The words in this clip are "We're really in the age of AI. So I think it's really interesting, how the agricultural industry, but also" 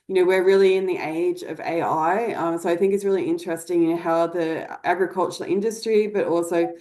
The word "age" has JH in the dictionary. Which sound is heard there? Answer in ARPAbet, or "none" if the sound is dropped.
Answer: JH